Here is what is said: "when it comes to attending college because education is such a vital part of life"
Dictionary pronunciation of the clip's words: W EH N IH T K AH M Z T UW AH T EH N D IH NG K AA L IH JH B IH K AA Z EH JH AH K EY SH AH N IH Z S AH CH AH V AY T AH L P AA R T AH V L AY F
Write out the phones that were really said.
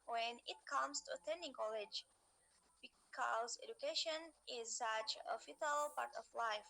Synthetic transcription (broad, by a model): W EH N IH T K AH M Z T UW AH T EH N D IH NG K AA L IH JH B IH K AA Z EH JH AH K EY SH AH N IH Z S AH CH AH F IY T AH L P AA R T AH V L AY F